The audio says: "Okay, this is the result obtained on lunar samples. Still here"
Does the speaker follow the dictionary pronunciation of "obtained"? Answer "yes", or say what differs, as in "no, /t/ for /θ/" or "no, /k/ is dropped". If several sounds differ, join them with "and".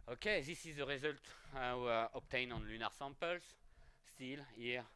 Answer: no, /d/ is dropped